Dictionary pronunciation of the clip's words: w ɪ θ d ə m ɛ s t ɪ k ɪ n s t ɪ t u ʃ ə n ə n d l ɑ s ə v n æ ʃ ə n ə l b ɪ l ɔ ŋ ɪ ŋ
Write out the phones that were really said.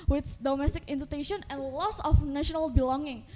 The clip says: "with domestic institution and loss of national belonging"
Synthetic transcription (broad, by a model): w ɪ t d ə m ɛ s t ɪ k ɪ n t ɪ t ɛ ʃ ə n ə n l ɑ s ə f n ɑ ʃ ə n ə l b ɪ l ɔ ŋ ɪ ŋ